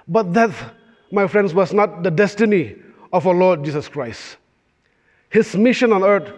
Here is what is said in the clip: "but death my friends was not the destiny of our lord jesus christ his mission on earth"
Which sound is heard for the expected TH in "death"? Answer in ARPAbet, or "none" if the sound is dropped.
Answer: T